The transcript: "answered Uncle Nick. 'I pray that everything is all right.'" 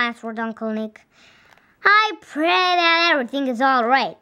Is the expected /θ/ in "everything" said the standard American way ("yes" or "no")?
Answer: yes